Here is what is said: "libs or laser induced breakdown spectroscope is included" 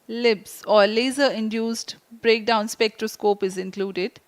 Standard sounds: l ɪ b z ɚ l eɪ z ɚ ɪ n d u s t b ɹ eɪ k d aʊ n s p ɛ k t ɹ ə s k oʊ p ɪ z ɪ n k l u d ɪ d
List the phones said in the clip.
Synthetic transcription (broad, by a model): l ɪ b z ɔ l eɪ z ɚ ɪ n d u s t b ɹ eɪ k d aʊ n s p ɛ k t ɹ ə s k oʊ p ɪ z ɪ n k l u d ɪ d